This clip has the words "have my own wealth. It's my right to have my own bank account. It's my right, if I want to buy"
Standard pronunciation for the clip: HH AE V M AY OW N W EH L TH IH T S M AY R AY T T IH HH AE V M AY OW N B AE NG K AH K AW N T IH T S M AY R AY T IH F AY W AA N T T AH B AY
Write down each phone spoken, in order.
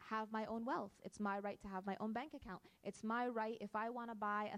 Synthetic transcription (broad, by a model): HH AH V M AY OW N W EH L TH IH T S M AY R AY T T IH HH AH V M AY OW N B AE NG K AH K AW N T IH T S M AY R AY T IH F AY W AA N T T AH B AY